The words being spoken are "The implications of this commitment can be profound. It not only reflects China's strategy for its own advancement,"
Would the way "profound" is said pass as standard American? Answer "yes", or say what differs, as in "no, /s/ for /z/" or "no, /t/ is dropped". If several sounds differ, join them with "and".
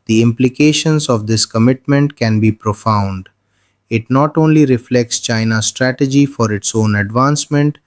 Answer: yes